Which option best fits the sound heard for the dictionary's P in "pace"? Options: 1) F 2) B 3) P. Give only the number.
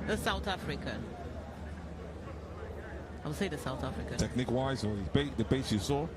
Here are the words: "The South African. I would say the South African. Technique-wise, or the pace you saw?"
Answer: 2